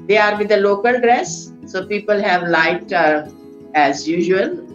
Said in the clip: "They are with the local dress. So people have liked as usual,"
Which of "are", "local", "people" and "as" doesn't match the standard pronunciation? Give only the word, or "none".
none